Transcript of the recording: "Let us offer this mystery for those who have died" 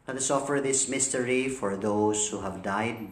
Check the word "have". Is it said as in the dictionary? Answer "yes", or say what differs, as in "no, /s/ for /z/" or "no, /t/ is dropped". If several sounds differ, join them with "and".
yes